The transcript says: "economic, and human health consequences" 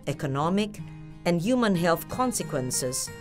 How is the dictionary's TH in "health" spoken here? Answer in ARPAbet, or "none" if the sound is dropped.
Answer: TH